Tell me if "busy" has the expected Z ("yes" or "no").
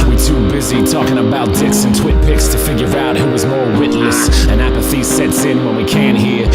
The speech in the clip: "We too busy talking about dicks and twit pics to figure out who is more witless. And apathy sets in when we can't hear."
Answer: yes